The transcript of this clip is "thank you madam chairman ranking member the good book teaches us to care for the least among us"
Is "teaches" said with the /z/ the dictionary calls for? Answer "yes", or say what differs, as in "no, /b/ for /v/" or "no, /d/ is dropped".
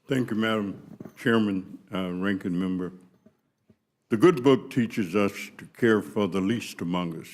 yes